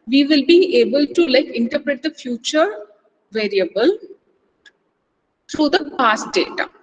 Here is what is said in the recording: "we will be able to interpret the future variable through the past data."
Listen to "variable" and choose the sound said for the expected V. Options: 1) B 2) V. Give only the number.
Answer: 2